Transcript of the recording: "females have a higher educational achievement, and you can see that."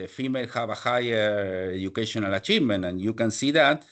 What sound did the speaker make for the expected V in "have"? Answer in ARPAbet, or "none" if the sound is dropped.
B